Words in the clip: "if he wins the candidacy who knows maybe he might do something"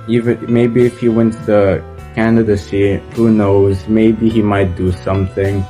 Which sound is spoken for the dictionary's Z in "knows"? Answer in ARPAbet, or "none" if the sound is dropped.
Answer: Z